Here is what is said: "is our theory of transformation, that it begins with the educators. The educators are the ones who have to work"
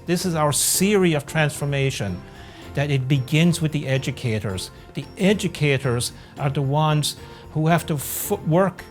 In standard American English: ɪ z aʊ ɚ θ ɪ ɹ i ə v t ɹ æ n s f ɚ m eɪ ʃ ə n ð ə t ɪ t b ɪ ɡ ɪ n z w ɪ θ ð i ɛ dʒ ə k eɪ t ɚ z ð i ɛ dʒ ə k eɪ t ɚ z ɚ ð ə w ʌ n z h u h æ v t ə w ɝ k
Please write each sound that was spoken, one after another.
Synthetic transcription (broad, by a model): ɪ z aʊ ɚ s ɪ ɹ i ə v t ɹ æ n s f ɚ m eɪ ʃ ə n ð ə t ɪ t b ɪ ɡ ɪ n z w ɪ ð i ɛ dʒ ə k eɪ t ɚ z ð i ɛ dʒ ə k eɪ t ɚ z ɚ ð ə w ʌ n z h u h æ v t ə w ɝ k